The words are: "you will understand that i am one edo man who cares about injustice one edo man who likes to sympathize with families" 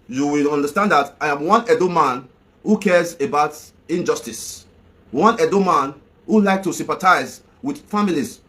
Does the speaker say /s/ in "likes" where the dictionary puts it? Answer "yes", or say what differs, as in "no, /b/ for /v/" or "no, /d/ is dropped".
no, /s/ is dropped